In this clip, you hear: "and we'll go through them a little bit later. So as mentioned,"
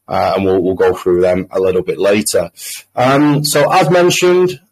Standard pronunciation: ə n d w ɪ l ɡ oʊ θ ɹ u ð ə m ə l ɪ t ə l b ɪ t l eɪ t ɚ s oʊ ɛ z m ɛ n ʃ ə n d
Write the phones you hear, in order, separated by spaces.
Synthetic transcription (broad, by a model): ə n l w ɪ l ɡ oʊ θ ɹ u ð ə m ə l ɪ t l b ɪ t l eɪ t ɚ s oʊ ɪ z m ɛ n ʃ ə n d